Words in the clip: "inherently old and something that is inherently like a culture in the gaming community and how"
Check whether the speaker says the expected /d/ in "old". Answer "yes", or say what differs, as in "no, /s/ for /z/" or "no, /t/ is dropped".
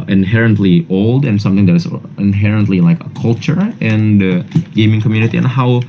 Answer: yes